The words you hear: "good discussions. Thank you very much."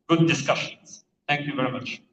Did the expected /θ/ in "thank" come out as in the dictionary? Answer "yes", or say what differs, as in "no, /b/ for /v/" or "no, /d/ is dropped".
no, /t/ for /θ/